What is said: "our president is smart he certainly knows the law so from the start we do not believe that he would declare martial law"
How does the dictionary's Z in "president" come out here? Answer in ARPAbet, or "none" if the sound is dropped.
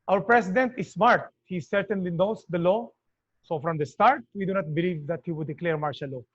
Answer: S